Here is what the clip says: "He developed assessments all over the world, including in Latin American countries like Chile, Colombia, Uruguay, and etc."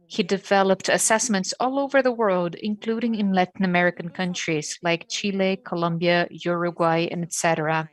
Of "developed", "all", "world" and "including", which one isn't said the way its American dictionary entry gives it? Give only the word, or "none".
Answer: none